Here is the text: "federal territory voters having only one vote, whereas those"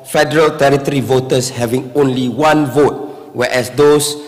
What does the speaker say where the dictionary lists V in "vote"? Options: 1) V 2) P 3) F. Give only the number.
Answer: 1